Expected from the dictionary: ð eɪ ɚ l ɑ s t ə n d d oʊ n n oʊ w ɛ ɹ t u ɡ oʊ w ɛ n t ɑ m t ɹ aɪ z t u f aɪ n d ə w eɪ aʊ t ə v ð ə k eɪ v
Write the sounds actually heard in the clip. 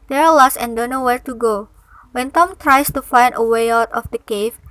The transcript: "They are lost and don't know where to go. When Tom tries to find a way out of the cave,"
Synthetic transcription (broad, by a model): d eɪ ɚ l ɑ s ə n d d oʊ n n oʊ w ɛ ɹ t u ɡ oʊ w ɛ n t ɑ m t ɹ aɪ s t u f aɪ n d ə w eɪ aʊ t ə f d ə k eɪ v